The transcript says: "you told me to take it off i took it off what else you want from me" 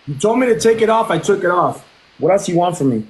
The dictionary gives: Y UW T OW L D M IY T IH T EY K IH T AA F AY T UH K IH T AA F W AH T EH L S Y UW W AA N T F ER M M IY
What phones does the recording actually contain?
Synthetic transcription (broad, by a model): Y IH T OW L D M IY T IH T EY K IH T AA F AY T UH K IH T AA F W AH T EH S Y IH W AA N T F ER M M IY